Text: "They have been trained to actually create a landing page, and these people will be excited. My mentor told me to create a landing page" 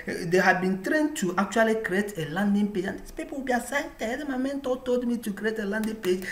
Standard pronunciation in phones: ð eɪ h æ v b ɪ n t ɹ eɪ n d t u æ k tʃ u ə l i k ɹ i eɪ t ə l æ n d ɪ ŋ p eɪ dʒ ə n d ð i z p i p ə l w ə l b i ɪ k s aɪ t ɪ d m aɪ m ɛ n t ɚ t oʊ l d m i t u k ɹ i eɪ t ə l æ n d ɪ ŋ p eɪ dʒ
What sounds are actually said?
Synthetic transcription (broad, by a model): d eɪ h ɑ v b ɪ n t ɹ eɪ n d t u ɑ k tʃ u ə l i k ɹ i eɪ t ə l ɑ n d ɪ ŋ p eɪ dʒ ə n d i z p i p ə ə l b i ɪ s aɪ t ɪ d m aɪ m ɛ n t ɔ t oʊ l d m i t u k ɹ i eɪ t ə l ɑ n d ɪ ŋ p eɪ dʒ